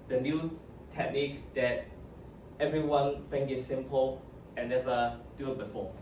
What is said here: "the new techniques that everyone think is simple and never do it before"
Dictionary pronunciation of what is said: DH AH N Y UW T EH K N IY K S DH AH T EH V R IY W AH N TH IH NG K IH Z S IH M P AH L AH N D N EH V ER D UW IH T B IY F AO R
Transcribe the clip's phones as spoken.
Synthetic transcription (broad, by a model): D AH N Y UW T EH K N IY K S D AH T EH V R IY W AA N F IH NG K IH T S IH M P AH L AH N N EH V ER D UW IH T B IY F AO